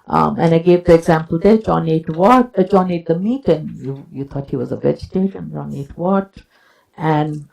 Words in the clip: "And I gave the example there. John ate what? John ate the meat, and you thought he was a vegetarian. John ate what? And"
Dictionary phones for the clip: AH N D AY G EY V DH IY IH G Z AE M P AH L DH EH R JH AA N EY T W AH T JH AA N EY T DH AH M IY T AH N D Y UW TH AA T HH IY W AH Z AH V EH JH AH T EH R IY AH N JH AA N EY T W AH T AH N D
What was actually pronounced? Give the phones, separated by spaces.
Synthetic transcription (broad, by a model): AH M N AY G EY V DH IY IH G Z AE M P AH L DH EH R JH AA N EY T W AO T JH AA N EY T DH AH M IY T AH N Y Y UW T AA T HH IY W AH Z AH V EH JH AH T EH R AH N JH AA N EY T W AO T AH N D